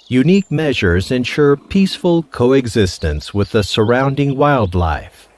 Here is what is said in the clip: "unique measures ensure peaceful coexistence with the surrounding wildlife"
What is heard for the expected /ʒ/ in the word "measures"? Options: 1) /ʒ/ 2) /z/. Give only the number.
1